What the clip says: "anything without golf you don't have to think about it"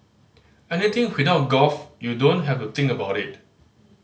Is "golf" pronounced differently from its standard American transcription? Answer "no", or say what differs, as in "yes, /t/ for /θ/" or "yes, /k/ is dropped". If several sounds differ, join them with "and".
yes, /l/ is dropped